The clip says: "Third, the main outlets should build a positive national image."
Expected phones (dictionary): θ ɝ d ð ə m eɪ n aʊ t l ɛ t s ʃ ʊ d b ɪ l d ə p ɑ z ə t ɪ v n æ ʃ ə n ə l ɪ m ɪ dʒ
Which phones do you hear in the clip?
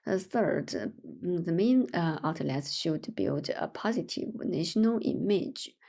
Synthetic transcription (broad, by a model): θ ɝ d ð ə m eɪ n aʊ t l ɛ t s ʃ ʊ d b ɪ l d ə p ɑ z ə t ɪ v n æ ʃ ə n ə l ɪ m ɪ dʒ